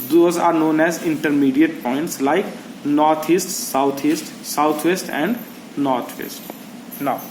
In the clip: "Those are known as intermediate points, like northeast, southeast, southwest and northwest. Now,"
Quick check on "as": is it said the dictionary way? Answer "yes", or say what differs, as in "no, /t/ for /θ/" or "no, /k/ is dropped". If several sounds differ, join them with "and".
yes